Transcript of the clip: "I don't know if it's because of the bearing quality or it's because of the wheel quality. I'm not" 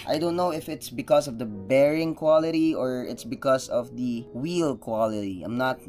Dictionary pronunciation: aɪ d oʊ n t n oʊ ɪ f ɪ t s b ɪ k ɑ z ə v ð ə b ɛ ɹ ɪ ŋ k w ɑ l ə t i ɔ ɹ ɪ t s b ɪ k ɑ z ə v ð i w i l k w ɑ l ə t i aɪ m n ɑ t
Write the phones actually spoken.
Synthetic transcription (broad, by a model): aɪ d oʊ n t n oʊ ɪ f ɪ t s b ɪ k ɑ s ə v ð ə b ɛ ɹ ɪ ŋ k w ɑ l ə t i ɔ ɹ ɪ t s b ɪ k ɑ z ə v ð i w i l k w ɑ l ə t i aɪ m n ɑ t